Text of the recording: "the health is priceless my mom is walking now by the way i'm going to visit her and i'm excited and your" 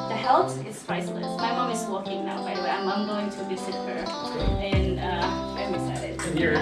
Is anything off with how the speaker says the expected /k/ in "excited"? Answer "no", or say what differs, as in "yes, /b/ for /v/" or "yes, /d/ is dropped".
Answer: yes, /k/ is dropped